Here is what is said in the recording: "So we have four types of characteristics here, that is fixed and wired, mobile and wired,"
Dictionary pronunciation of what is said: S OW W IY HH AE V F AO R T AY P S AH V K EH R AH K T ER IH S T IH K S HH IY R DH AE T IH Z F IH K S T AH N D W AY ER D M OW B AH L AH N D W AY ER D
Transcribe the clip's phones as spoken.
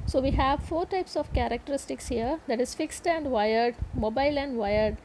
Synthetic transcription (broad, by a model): S OW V IY HH AE V F AO R T AY P S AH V K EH R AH K T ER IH S T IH K S HH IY R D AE T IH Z F IH K S T AH N D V AY ER D M OW B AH L AH N D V AY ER D